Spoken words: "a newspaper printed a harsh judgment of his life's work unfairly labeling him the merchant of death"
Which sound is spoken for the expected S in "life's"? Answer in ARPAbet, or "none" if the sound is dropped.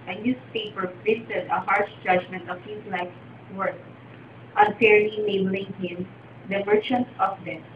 none